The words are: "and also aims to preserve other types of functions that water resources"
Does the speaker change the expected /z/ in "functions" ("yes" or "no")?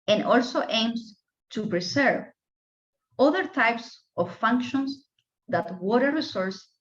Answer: yes